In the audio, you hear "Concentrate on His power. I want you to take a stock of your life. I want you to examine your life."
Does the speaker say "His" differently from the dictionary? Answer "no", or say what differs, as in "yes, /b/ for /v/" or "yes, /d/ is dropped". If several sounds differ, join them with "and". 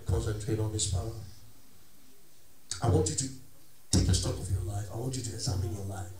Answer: yes, /s/ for /z/